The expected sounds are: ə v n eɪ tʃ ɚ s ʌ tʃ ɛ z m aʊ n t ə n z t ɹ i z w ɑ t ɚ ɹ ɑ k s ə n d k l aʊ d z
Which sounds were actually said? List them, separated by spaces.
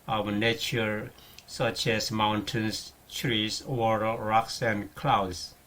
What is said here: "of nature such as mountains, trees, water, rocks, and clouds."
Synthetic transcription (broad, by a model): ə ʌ n eɪ tʃ ɚ s ʌ tʃ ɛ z m aʊ n t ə n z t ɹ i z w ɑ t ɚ ɹ ɑ k s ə n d k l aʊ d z